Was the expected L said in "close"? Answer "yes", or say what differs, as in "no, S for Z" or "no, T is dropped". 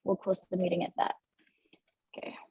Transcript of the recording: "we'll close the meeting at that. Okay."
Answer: no, W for L